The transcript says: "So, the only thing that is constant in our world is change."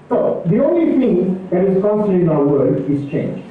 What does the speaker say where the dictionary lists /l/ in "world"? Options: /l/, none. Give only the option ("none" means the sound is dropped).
none